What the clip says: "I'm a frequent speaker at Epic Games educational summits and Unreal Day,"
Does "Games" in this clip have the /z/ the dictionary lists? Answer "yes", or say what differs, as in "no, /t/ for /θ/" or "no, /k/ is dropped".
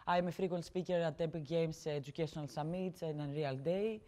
no, /s/ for /z/